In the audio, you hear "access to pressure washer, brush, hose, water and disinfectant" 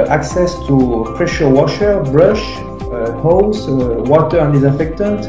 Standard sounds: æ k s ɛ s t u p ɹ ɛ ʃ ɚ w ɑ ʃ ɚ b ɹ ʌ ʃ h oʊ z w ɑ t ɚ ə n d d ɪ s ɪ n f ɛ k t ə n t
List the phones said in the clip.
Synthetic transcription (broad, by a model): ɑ k s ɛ s t u p ɹ ɛ ʃ ɚ w ɑ ʃ ɚ b ɹ ʌ ʃ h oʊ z w ɑ t ɚ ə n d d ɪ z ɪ f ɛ k t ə n t